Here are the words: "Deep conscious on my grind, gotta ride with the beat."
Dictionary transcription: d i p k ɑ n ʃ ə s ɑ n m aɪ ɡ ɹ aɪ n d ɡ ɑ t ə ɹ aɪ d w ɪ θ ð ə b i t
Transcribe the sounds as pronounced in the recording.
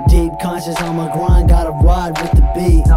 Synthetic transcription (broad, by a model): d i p k ɑ n ʃ ə s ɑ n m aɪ ɡ ɹ aɪ n d ɑ t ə w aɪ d w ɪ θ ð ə b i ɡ